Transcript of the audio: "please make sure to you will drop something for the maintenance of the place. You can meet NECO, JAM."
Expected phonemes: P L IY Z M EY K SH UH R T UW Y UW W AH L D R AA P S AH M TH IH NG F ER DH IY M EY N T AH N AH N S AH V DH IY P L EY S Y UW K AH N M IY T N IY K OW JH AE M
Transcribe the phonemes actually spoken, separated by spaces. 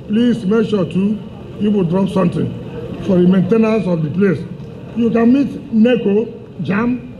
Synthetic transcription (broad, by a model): P L IY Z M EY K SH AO T UW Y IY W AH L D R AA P S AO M T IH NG F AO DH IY M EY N T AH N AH S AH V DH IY P L EY S Y UW K AH N M IY T N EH K OW JH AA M